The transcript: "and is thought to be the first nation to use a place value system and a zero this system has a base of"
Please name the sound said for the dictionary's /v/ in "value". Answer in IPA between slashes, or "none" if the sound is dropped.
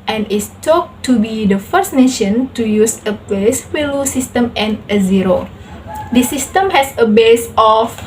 /w/